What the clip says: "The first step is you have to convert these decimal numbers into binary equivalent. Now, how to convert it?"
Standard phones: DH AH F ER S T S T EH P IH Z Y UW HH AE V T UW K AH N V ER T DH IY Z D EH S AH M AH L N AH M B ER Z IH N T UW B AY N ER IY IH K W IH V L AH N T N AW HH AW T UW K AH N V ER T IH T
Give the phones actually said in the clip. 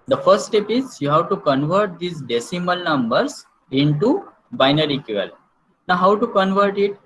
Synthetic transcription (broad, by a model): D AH F ER S T T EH P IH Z Y UW HH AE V T UW K AH N V ER T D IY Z D EH S AH M AH L N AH M B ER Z IH N T UW B AY N ER IY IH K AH L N N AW HH AW T UW K AH N V ER T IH T